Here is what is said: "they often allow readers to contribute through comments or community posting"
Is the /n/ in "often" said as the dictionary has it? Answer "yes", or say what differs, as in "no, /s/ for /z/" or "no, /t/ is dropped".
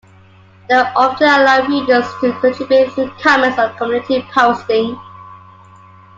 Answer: no, /n/ is dropped